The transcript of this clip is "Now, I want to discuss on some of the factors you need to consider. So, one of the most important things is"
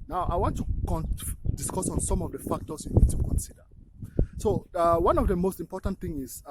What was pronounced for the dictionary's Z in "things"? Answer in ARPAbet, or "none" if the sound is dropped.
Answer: none